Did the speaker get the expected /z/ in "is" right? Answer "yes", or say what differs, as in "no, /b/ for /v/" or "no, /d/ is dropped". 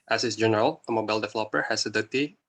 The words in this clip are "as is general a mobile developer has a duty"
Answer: no, /s/ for /z/